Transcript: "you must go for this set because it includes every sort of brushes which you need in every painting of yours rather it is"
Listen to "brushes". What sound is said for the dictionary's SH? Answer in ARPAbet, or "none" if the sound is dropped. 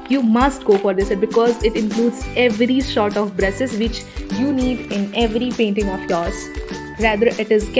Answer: S